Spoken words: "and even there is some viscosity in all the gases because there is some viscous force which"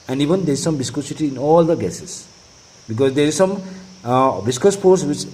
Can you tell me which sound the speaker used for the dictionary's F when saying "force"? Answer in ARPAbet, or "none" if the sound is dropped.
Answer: P